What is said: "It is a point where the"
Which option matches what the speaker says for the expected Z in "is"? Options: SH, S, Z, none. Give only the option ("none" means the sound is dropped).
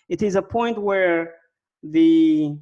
Z